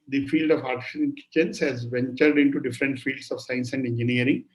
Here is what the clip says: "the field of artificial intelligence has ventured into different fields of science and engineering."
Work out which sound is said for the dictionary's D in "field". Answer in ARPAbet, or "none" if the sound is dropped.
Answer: D